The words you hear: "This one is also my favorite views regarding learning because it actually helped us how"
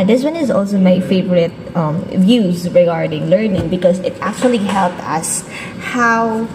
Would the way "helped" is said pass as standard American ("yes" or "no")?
yes